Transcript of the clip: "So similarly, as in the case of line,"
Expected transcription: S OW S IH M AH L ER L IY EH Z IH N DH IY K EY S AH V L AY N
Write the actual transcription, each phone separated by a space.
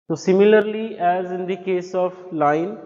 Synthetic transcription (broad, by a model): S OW S IH M AH L ER L IY EH Z IH N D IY K EY S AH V L AY N